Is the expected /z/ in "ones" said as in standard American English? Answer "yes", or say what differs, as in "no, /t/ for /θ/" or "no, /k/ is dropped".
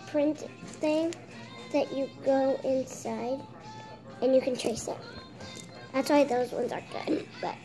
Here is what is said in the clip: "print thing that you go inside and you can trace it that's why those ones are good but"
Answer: yes